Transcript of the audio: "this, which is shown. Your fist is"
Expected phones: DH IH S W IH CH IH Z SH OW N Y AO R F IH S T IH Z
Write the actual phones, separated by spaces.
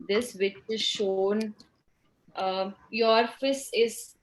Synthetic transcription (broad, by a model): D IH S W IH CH IH Z SH OW N Y AO R F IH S IH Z